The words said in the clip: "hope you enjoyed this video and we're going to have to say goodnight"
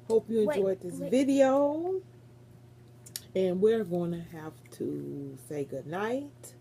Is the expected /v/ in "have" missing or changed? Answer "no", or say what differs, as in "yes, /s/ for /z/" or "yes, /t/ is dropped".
yes, /f/ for /v/